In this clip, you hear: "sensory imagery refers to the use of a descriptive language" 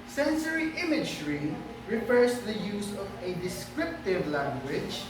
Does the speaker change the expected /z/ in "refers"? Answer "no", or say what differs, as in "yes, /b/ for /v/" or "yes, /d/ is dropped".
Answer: yes, /s/ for /z/